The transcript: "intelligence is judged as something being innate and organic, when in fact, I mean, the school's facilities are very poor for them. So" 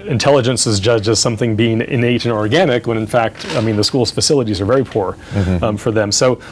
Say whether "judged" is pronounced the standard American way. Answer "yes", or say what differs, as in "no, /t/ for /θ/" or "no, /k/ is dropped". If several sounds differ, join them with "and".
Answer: no, /d/ is dropped